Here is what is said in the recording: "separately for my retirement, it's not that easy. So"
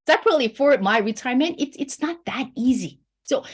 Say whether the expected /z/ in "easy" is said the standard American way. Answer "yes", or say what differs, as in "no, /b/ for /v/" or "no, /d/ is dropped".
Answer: yes